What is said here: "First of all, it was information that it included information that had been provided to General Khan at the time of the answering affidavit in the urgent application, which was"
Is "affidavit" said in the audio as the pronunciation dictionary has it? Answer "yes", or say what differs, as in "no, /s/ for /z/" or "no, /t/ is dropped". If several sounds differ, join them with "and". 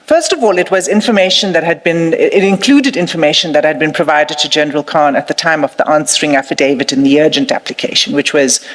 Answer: yes